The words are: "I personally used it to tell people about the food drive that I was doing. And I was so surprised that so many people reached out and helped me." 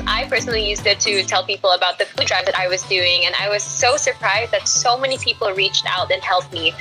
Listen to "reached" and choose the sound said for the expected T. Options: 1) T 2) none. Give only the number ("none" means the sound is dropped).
1